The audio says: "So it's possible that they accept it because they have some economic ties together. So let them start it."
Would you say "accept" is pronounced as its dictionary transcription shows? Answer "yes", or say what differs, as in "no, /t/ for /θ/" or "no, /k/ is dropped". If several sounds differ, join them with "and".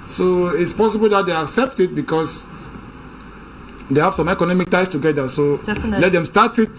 yes